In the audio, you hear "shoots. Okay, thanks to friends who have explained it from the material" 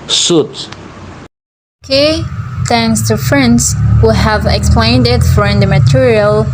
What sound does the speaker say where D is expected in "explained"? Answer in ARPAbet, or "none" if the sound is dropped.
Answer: D